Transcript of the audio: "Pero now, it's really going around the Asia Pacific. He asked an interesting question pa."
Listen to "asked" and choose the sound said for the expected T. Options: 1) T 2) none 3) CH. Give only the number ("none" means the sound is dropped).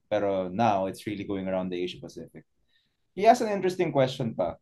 2